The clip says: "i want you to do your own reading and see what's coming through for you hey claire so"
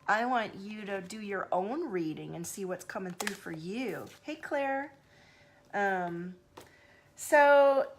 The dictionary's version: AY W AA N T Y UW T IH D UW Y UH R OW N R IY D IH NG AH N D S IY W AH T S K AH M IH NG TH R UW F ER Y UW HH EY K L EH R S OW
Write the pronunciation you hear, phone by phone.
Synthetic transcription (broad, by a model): AY W AA N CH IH T IH D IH Y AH R OW N R IY D IH NG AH N S IY W AH T S K AH M IH NG TH R UW F ER Y UW HH EY K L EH R S OW